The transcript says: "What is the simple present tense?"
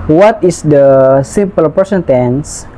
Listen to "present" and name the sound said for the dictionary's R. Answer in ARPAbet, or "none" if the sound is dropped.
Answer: none